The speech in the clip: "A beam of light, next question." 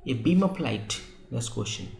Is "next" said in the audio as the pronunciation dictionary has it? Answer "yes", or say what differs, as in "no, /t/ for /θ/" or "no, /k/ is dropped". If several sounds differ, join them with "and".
no, /k/ is dropped